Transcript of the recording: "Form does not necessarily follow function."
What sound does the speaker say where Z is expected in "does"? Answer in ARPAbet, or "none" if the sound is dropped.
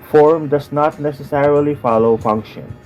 S